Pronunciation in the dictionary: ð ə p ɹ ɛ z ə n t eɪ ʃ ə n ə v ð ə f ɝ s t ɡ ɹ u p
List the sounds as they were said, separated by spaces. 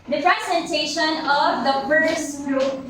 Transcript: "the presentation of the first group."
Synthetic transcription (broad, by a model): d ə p ɹ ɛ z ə n t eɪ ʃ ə n ə v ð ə p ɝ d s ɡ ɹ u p